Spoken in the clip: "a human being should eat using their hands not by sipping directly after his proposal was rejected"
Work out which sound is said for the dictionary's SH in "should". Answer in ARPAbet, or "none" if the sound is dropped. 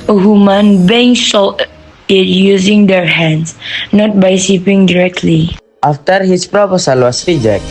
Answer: S